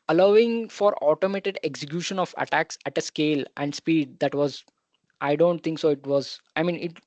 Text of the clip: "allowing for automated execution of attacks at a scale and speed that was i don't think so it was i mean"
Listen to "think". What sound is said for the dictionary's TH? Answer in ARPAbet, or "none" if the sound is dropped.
T